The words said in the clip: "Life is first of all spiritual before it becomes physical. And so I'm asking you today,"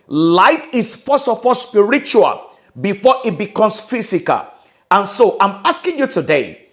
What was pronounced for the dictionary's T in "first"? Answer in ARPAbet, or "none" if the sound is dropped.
none